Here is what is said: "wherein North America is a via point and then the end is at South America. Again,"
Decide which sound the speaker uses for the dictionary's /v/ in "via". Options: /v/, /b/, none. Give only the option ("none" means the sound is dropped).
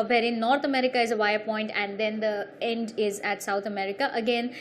/v/